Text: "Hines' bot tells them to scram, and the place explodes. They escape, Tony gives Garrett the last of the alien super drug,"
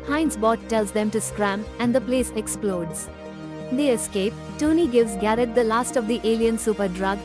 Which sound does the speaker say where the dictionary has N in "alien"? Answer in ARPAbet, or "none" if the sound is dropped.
N